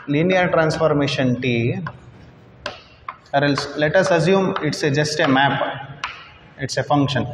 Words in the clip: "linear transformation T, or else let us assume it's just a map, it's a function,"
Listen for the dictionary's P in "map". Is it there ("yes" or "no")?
yes